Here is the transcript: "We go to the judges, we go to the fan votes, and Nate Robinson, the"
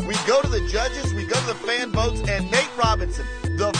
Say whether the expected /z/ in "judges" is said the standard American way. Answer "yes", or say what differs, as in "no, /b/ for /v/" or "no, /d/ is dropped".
yes